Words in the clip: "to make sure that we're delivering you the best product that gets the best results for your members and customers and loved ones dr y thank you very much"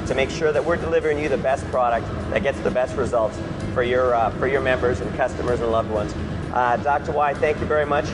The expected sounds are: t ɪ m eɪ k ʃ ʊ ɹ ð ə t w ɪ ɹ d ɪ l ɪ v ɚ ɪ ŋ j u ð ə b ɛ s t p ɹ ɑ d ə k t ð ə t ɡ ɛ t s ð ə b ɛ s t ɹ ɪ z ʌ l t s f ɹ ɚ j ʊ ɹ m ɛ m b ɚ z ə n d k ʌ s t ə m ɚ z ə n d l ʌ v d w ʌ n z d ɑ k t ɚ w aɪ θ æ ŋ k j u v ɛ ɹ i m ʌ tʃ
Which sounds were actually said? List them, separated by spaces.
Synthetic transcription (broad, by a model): t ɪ m eɪ k ʃ ʊ ɹ ð ə t w ɪ ɹ d ɪ l ɪ v ɚ ɪ ŋ j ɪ ð ə b ɛ s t p ɹ ɑ d ə k t ð ə t ɡ ɛ t s ð ə b ɛ s t ɹ ɪ z ʌ l t s f ɹ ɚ j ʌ ɹ m ɛ m b ɚ z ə n k ʌ s t ə m ɚ z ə n l ʌ v d w ʌ n z d ɑ k t ɚ w aɪ θ æ ŋ k j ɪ v ɛ ɹ i m ʌ tʃ